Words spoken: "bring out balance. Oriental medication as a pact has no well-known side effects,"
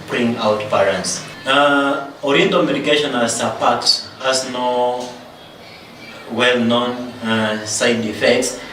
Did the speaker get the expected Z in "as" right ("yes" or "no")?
no